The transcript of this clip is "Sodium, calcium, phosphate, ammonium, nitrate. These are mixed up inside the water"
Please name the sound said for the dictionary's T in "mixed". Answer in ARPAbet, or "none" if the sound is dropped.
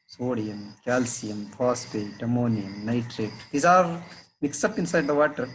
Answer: none